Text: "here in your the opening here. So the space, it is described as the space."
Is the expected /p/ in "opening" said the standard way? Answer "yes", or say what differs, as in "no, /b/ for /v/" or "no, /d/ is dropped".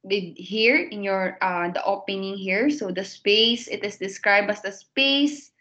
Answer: yes